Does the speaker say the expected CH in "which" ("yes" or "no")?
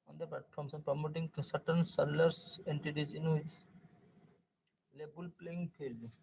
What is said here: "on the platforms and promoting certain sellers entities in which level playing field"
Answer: no